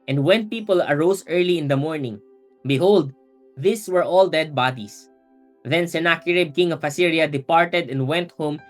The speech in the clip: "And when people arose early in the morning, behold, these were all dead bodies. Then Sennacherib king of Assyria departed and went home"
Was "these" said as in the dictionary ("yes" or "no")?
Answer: no